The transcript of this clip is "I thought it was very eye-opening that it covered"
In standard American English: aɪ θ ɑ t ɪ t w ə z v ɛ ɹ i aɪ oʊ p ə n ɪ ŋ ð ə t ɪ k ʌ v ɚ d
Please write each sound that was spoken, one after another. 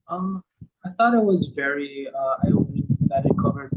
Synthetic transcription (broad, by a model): aɪ θ ɑ t ɪ t w ə z v ɛ ɹ i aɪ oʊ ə ɪ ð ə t ɪ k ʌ v ɚ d